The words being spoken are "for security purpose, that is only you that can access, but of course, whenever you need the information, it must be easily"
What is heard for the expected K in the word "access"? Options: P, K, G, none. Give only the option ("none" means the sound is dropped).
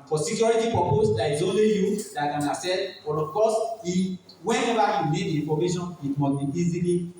none